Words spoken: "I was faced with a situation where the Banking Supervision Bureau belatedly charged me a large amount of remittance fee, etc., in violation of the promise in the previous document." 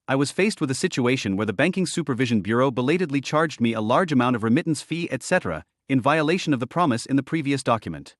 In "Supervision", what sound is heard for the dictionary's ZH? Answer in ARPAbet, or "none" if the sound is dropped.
ZH